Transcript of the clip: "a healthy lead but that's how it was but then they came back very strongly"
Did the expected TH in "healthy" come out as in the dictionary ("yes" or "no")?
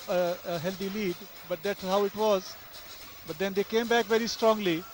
no